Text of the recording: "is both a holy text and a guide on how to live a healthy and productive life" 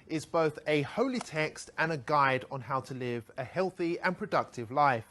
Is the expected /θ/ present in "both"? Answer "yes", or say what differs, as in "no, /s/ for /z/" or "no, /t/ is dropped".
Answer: yes